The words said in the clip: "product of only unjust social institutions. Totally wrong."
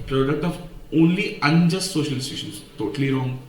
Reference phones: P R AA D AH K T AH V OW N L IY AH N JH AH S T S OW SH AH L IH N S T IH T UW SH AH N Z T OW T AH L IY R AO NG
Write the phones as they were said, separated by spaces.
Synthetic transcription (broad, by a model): P R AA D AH K T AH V OW N L IY AH N JH AH S T S OW SH AH L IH S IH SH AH N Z T OW T AH L IY R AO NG